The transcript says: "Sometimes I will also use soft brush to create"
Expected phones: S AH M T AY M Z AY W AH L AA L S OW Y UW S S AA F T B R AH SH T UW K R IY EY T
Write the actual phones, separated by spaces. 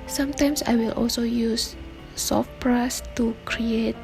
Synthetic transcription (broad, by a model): S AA M T AY M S AY W AH L AA L S OW Y UW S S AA F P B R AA S T UW K R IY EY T